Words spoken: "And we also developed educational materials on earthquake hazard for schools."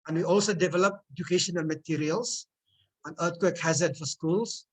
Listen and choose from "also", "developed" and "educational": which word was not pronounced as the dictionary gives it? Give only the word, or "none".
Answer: developed